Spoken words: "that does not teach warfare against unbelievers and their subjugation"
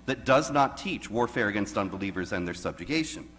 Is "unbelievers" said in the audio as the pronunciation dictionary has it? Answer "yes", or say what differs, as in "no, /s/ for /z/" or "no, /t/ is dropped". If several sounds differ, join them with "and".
yes